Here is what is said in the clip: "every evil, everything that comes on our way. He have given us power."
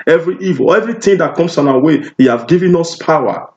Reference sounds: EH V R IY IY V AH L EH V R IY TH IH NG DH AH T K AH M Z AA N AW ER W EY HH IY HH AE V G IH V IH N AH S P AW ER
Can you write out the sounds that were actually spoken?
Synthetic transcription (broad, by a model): EH V R IY IY V AH L EH V R IY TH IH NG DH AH T K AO M S AA N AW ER W EY HH IY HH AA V G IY V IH N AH S P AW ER